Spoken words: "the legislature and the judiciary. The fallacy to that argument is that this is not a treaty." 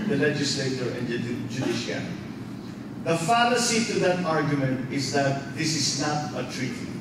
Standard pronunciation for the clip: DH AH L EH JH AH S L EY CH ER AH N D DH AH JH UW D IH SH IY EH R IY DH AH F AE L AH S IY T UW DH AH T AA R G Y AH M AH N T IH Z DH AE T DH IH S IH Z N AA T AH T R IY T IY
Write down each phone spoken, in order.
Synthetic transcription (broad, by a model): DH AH L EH JH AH S L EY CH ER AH N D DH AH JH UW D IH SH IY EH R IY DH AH F AE L AH S IY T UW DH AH T AA R G Y AH M AH N T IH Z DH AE T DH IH S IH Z N AA T AH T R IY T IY